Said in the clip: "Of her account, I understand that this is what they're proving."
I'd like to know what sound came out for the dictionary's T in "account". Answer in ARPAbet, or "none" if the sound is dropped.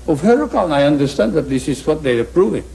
none